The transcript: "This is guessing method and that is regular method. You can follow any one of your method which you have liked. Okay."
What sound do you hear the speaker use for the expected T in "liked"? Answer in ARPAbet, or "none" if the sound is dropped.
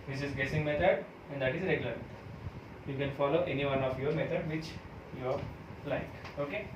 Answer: none